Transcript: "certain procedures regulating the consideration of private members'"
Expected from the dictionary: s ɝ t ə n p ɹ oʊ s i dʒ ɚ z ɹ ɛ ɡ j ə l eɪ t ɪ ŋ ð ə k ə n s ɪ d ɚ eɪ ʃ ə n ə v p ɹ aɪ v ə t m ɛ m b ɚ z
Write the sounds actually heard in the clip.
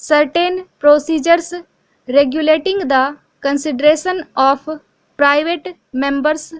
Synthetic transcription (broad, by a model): s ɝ t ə n p ɹ oʊ s i dʒ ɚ s ɹ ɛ ɡ j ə l eɪ t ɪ ŋ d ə k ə n s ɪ d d eɪ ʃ ə n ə p p ɹ aɪ v ə t m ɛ m b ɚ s